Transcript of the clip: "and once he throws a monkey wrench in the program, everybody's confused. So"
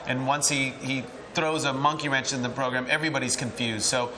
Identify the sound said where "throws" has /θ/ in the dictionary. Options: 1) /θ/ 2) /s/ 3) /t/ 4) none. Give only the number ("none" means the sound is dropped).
1